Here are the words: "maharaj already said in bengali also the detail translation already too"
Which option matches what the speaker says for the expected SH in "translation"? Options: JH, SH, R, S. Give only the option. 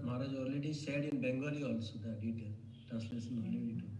S